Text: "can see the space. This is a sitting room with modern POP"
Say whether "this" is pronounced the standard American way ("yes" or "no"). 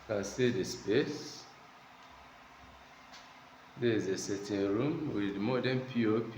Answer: no